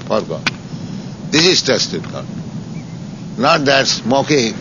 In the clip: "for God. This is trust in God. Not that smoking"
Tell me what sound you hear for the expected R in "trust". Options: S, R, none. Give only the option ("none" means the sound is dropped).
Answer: none